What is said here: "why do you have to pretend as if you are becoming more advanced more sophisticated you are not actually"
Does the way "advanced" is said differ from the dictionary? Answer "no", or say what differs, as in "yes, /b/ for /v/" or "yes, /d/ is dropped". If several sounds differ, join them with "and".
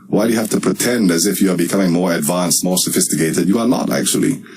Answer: no